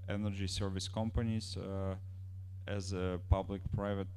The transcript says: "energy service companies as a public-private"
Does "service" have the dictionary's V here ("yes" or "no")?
yes